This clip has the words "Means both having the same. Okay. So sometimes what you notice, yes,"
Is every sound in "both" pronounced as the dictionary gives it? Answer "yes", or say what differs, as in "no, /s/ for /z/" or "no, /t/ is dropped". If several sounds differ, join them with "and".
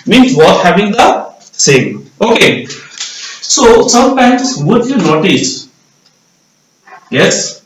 no, /t/ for /θ/